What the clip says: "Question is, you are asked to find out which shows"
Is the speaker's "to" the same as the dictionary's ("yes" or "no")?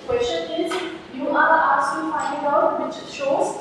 no